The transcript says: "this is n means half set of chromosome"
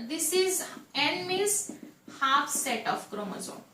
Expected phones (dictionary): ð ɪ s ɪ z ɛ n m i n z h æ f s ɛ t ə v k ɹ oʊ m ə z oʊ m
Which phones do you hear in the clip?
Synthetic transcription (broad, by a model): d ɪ s ɪ z ɛ n m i z h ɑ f s ɛ t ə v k ɹ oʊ m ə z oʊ